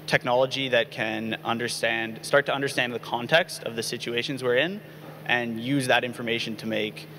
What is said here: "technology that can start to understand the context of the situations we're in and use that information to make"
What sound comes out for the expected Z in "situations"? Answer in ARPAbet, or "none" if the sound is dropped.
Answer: Z